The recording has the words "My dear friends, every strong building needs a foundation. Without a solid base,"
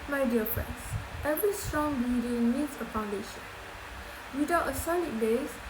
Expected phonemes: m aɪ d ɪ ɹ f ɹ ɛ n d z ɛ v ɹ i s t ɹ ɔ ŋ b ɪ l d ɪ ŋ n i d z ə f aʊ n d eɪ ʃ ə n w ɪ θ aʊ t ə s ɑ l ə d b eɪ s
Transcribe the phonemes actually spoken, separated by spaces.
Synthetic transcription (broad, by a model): m aɪ d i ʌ f ɹ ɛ n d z ɛ v ɹ i s t ɹ ɔ ŋ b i d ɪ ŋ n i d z ə f aʊ n d eɪ ʃ ə n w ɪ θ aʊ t ə s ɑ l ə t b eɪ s